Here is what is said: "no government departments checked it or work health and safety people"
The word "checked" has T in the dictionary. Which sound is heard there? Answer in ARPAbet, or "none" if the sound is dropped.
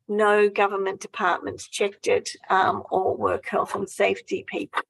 T